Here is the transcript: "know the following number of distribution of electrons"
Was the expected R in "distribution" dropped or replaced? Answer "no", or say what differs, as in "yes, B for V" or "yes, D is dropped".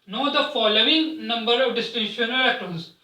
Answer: yes, R is dropped